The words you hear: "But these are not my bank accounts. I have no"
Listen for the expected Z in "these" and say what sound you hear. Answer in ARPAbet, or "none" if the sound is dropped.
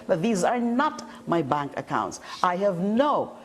Z